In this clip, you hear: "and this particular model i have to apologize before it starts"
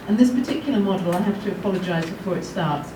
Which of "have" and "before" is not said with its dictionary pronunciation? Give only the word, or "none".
have